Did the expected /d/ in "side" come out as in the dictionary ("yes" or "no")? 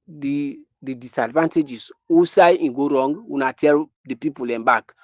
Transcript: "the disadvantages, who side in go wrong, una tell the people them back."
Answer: no